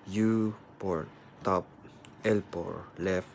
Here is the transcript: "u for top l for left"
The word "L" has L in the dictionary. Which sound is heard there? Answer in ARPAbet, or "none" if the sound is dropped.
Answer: L